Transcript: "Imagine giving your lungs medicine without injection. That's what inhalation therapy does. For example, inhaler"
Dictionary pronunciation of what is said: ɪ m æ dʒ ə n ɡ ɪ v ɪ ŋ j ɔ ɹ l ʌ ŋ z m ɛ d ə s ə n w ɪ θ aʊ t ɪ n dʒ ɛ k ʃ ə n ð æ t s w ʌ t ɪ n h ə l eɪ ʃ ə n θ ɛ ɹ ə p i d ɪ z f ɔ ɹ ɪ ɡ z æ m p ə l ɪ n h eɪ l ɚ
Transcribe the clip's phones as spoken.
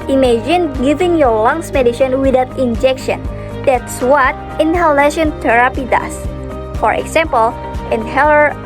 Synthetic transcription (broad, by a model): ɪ m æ dʒ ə n ɡ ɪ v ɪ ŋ j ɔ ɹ l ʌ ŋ s m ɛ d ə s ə n w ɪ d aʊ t ɪ n dʒ ɛ k ʃ ə n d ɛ t s w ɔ t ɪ n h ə l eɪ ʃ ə n t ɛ ɹ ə p i d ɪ s f ɔ ɹ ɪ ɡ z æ m p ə l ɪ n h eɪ l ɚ